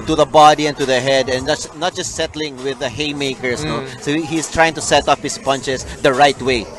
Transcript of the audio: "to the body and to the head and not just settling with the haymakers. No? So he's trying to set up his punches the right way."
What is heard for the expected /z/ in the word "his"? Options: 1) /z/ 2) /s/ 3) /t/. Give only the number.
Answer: 2